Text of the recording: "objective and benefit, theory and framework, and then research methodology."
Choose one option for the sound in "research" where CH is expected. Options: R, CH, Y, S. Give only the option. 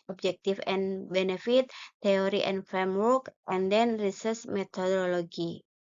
S